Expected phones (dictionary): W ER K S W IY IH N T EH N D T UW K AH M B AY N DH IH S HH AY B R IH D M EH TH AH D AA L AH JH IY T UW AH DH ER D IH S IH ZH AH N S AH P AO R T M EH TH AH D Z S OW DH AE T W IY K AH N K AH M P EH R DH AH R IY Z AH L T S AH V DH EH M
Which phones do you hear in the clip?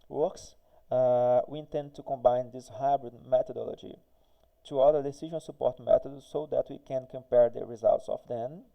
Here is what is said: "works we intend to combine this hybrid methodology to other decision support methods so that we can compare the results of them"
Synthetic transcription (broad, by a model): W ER K S W IY IH N T EH N D T UW K AH M B AY N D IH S HH AY B R IH D M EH T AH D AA L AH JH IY T UW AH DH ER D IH S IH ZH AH N S AH P AO R T M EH T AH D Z S OW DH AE T W IY K AH N K AH M P EH R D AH R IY Z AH L T S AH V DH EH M